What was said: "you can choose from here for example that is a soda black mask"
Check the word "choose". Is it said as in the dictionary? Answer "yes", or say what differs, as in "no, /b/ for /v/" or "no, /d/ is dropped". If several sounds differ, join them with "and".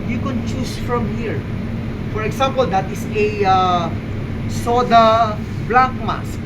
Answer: no, /s/ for /z/